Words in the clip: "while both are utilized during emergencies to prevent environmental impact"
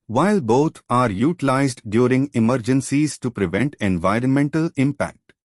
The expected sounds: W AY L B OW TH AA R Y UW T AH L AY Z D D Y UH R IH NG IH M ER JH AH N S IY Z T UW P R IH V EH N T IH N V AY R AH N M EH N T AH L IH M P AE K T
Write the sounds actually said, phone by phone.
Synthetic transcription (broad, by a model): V AY L B OW T AA R Y UW T AH L AY Z D D Y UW R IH NG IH M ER JH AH N S IY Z T UW P R IH V EH N T IH N V AY R AH N M EH N T AH L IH M P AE K T